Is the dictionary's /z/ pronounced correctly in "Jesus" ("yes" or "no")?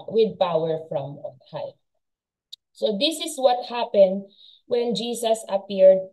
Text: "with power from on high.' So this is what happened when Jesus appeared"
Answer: no